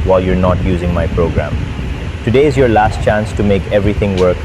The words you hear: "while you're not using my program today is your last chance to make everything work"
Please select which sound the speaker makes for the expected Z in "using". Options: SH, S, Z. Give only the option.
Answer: Z